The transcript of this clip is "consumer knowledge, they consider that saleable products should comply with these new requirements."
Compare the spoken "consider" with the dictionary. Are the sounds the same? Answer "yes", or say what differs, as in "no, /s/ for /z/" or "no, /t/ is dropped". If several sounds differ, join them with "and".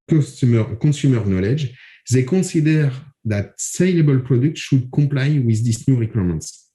no, /n/ is dropped